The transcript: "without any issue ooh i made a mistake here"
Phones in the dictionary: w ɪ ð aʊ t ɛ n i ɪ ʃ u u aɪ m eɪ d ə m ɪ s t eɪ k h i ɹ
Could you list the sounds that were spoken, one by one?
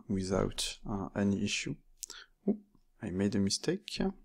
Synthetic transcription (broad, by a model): w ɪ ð aʊ t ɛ n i ɪ ʃ u u aɪ m eɪ d ə m ɪ s t eɪ k